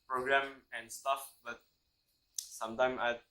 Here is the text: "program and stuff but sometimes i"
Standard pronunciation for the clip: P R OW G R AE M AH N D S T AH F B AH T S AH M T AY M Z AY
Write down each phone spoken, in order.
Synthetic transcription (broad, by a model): P R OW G R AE M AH N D S T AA F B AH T S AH M T AY M AY